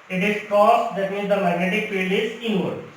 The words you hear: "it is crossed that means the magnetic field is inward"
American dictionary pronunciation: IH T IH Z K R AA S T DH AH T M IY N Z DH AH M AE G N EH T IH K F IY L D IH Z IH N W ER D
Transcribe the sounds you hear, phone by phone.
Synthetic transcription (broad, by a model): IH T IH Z K R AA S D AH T M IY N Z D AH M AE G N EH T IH K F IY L IH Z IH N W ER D